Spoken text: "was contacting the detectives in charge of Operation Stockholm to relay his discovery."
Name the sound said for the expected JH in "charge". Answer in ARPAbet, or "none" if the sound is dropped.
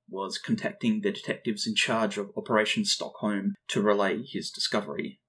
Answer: JH